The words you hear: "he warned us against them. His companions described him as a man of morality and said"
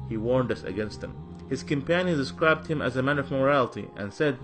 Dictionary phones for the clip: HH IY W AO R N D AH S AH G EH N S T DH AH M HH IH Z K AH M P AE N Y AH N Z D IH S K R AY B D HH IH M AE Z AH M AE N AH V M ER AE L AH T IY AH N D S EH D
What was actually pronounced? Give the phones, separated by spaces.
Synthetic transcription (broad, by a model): HH IY W AO R N D AH S AH G EH N S T DH AH M HH IH Z K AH M P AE N Y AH N D IH S K R AY B D HH IH M AE Z AH M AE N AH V M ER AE L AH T IY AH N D S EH D